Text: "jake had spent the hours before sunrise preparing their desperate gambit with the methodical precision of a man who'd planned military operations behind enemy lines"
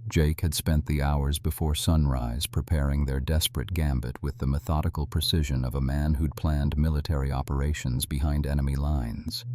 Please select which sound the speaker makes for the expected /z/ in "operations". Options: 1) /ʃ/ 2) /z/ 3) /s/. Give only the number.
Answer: 2